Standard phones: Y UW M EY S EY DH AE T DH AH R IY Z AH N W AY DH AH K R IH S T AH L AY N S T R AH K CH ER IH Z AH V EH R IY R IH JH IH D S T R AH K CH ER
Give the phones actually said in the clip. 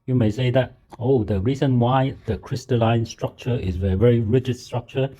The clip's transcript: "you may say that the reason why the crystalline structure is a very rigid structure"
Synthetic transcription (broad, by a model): Y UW M EY S EY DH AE T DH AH R IY Z AH N W AY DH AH K R IH S T AH L AY N S T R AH K CH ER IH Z AH V EH R IY R IH JH IH D S T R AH K CH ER